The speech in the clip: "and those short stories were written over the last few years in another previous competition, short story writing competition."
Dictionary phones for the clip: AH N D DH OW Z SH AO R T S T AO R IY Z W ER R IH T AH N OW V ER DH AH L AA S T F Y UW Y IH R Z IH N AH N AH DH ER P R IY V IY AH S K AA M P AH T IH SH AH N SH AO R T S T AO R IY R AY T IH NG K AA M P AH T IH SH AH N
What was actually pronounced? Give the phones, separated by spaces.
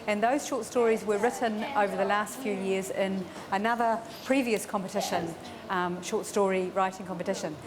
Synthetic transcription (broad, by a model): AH N DH OW Z SH AO T S T AO R IY Z W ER R IH T N OW V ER DH AH L AA S T F Y UW Y IH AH Z IH N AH N AH DH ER P R IY V IY AH S K AA M P AH T IH SH AH N SH AO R T S T AO R IY R AY T IH NG K AA M P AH T IH SH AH N